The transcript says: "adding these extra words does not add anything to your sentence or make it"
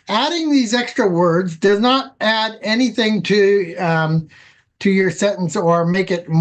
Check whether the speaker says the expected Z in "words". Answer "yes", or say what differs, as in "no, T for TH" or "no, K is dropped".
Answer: yes